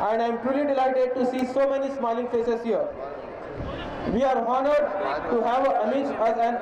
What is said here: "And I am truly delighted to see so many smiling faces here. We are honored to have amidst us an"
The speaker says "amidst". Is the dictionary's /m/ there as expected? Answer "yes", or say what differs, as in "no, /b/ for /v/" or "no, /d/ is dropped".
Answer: no, /m/ is dropped